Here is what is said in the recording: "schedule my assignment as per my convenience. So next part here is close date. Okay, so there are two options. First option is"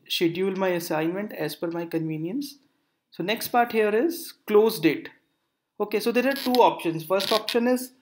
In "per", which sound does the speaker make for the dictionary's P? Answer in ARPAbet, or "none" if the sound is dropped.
F